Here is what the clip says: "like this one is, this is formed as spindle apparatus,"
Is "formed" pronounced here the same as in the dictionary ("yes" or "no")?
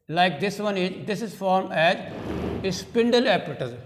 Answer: no